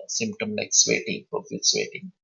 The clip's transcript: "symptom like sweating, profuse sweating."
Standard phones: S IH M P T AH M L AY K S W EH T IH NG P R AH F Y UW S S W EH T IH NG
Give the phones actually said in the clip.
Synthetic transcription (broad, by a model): S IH M P T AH M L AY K S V EH T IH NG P AH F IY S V EH T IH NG